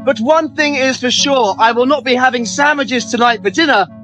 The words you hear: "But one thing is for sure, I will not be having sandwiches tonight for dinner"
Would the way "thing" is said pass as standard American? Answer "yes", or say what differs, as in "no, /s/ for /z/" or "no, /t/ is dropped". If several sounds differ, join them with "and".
yes